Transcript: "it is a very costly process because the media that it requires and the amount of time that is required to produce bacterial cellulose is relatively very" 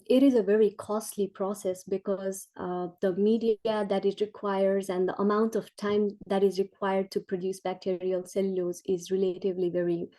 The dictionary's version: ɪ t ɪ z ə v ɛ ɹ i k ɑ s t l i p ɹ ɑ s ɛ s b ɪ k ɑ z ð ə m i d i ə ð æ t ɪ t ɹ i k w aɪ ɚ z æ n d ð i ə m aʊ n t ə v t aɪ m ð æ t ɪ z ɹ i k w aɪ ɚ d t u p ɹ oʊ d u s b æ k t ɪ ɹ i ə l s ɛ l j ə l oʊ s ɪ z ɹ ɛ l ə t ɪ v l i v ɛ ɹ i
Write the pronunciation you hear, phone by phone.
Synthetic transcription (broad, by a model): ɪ t ɪ z ə v ɛ ɹ i k ɑ s t l i p ɹ ɑ s ɛ s b ɪ k ɑ z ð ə m i d i ə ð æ t ɪ t ɹ i k w aɪ ɚ z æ n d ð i ə m aʊ n t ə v t aɪ m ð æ t ɪ z ɹ i k w aɪ ɚ d t u p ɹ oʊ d u s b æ k t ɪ ɹ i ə l s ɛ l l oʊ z ɪ z ɹ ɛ l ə t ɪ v l i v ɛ ɹ i